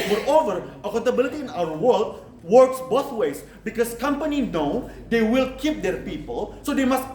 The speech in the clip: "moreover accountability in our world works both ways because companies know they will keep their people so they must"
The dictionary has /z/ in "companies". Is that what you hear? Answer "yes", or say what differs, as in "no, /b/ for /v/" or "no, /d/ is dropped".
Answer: no, /z/ is dropped